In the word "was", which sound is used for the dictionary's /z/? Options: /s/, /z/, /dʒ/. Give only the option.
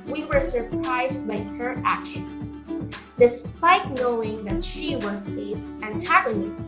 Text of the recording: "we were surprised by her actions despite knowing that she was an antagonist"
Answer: /z/